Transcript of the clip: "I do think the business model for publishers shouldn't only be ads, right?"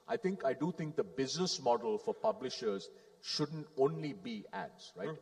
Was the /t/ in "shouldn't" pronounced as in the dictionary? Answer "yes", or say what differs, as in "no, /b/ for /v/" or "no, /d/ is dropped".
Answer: yes